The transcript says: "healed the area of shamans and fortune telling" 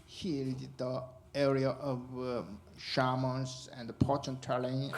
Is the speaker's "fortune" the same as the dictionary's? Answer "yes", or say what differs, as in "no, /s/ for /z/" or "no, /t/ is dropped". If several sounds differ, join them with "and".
no, /p/ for /f/